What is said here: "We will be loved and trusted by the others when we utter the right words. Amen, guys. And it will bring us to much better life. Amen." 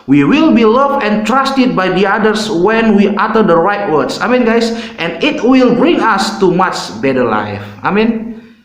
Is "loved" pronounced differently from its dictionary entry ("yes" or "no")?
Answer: yes